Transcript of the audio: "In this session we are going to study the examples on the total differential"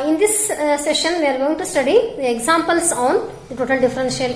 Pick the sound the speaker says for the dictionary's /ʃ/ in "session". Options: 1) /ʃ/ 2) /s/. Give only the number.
1